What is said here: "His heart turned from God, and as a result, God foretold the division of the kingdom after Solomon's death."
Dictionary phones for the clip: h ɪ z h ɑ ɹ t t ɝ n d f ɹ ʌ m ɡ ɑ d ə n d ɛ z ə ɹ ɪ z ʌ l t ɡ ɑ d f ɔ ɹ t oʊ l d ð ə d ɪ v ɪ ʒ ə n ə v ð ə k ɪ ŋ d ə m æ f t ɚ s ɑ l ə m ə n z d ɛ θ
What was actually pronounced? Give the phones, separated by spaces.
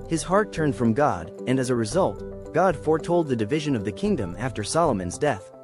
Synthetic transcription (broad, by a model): h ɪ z h ɑ ɹ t t ɝ n d f ɹ ʌ m ɡ ɑ d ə n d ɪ z ə ɹ ɪ z ʌ l t ɡ ɑ d f ɔ ɹ t oʊ l d ð ə d ɪ v ɪ ʒ ə n ə v ð ə k ɪ ŋ d ə m æ f t ɚ s ɑ l ə m ə n z d ɛ θ